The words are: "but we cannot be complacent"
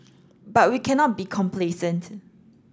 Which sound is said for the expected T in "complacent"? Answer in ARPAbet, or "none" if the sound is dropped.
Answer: T